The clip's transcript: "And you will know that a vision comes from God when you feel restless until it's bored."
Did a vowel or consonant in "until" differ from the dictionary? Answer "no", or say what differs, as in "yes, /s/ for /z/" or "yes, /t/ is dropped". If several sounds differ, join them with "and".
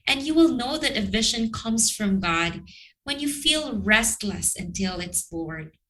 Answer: no